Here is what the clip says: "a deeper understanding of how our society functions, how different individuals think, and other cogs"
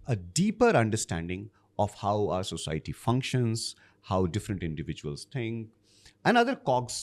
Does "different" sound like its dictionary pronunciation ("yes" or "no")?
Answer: yes